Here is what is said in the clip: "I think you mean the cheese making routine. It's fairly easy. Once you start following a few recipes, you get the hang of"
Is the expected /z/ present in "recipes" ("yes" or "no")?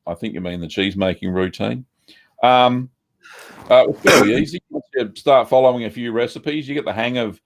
yes